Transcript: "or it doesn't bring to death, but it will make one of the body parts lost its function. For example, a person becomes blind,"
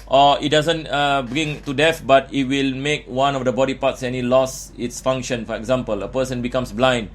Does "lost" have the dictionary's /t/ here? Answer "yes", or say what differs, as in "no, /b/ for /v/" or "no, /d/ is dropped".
no, /t/ is dropped